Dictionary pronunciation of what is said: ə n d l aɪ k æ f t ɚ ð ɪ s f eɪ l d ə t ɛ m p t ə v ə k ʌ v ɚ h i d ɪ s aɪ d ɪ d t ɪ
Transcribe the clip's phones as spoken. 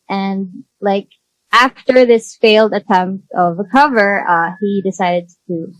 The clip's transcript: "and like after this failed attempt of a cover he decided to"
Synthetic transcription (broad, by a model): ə n l aɪ k æ f t ɚ ð ɪ s f eɪ l d ə t ɛ m p t ə v ə k ʌ v ɚ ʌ i d ɪ s aɪ d ɪ d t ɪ